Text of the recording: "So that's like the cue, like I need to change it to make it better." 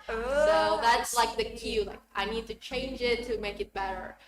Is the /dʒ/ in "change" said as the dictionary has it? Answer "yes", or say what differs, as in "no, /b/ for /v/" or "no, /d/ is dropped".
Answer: yes